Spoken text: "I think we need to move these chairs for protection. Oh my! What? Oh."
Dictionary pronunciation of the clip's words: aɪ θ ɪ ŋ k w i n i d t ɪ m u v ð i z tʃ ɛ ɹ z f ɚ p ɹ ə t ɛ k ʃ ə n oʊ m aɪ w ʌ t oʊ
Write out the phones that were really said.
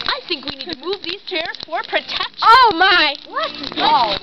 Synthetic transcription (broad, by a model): aɪ θ ɪ ŋ k w i n i d t ɪ m u v ð i z tʃ ɛ ɹ z f ɚ p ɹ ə t ɛ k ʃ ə ʊ m aɪ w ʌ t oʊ